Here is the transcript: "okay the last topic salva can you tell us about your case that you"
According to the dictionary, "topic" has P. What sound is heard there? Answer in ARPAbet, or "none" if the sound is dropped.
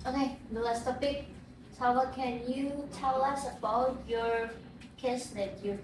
B